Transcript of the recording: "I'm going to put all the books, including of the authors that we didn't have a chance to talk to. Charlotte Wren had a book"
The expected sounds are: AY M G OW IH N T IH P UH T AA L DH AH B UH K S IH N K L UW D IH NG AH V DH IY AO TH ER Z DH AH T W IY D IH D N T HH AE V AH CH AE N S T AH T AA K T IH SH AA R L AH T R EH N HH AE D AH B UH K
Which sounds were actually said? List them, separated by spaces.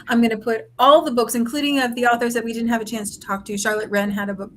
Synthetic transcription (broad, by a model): AY M G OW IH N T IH P UH T AA L DH AH B UH K S IH N K L UW D IH NG AH V DH IY AO TH ER Z DH AH T W IY D IH D N T HH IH V AH CH AE N S T AH T AA K T IH SH AA R L AH T R EH N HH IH D AH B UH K